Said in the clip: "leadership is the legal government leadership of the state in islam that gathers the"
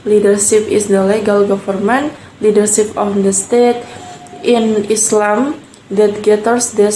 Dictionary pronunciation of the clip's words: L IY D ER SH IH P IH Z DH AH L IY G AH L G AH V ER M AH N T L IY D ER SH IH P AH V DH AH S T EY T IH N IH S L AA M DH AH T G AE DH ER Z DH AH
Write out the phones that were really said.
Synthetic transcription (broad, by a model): L IY D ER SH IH P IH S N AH L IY G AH L G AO F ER M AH N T L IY D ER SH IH P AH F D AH S T EY T IH N IH S L AA M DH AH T G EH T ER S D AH